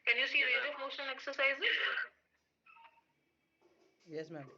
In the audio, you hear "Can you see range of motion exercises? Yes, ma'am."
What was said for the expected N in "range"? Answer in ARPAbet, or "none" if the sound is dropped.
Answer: none